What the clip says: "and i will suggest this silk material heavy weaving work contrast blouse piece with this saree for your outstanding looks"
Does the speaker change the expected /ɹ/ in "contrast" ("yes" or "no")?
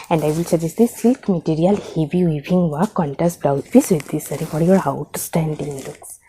yes